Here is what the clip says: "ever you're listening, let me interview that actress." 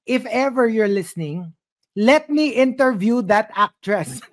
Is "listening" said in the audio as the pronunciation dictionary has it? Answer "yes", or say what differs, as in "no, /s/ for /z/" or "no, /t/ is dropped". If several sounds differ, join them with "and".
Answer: yes